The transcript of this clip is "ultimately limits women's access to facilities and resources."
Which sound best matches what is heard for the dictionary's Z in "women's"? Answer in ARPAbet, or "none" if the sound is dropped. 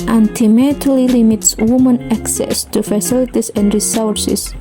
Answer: none